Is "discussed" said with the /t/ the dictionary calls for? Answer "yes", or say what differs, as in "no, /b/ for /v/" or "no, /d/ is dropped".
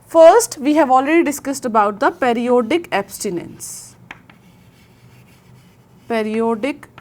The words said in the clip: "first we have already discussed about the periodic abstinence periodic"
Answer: yes